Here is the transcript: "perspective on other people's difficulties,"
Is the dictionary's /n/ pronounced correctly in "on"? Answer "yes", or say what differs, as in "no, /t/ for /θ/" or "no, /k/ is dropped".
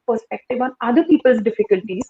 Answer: yes